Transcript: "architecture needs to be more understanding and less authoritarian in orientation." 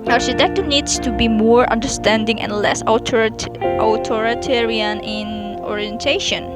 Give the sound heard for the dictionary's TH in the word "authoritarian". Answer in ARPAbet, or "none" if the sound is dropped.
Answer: T